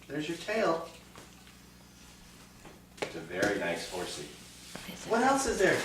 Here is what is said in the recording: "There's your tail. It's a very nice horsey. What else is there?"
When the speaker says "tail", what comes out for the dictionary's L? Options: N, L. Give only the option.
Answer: L